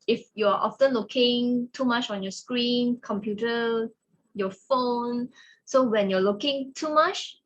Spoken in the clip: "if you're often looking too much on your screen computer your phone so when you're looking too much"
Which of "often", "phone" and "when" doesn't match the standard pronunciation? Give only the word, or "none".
none